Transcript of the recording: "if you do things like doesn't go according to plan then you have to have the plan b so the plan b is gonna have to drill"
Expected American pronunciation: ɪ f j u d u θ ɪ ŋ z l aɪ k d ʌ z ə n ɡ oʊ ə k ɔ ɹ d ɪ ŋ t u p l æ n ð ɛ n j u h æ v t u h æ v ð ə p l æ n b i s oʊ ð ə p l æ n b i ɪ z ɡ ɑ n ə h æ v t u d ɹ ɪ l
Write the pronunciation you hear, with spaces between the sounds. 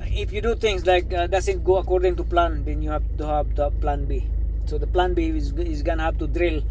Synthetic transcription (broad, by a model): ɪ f j u d u t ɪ ŋ s l aɪ k d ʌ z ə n ɡ oʊ ə k ɔ ɹ d ɪ ŋ t u p l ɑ n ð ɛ n j u h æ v t u h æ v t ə p l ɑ n b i s oʊ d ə p l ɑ n b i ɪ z ɡ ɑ n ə h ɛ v t u d ɹ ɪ l